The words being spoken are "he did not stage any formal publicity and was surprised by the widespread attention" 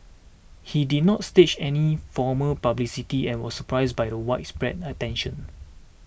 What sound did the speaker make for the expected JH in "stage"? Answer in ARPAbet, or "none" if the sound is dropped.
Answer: CH